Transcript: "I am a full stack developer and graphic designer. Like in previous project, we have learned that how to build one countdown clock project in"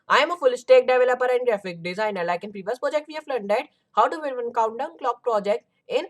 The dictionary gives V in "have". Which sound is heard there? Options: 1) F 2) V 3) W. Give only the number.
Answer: 1